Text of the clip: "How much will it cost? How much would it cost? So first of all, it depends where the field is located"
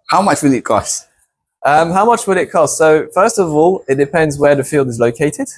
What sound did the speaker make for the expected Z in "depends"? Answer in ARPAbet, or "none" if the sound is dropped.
Z